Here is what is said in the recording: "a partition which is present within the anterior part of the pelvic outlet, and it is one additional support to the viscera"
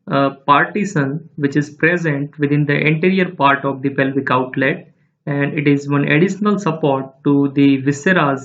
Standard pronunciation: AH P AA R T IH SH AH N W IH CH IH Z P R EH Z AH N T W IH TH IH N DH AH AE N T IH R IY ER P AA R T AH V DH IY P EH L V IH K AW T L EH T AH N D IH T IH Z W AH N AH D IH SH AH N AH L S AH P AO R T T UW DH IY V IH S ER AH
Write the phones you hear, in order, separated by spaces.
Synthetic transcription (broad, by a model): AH P AA R T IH S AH N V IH CH IH Z P R EH Z AH N T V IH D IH N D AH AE N T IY R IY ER P AA R T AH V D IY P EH L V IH K AW T L EH T AH N D IH T IH Z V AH N AH D IH SH AH N AH L S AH P AO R T T UW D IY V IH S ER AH